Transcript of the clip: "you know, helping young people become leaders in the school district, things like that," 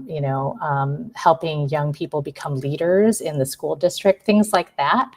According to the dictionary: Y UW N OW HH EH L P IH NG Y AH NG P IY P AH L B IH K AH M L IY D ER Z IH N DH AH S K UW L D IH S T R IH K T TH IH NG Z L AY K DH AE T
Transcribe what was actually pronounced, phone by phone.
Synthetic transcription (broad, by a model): Y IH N OW HH EH L P IH NG Y AH NG P IY P L B IH K AH M L IY D ER Z IH N DH AH S K UW L D IH S T R IH K T TH IH NG Z L AY K DH AE T